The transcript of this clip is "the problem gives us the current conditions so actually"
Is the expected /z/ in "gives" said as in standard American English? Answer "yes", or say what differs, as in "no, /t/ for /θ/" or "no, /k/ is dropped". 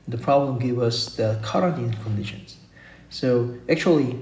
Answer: no, /z/ is dropped